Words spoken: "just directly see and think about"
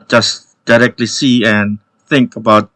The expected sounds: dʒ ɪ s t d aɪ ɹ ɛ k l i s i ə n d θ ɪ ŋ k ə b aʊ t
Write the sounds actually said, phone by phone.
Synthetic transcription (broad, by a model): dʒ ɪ s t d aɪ ɹ ɛ k l i s i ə n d θ ɪ ŋ k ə b aʊ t